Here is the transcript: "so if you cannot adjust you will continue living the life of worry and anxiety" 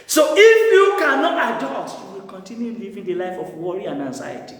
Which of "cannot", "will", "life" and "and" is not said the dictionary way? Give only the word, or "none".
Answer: none